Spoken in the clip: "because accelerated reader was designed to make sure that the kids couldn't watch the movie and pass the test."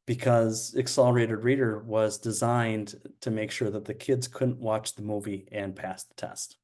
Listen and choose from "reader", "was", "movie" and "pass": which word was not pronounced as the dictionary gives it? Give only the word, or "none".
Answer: none